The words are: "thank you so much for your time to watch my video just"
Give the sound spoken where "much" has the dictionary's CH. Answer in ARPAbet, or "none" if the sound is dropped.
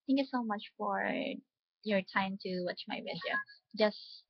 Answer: CH